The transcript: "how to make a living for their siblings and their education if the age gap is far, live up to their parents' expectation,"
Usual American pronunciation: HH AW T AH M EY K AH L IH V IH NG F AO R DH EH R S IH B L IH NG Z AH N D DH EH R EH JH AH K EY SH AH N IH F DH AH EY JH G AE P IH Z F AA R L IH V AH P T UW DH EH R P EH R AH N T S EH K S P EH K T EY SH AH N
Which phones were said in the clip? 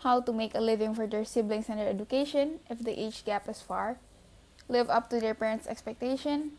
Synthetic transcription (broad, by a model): HH AW T AH M EY K AH L IH V IH NG F AO R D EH R S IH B L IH NG S AH N D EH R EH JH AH K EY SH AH N IH F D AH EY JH G AE P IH S F AA R L IH V AH P T UW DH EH R P EH R AH N T S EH K S P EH K T EY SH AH N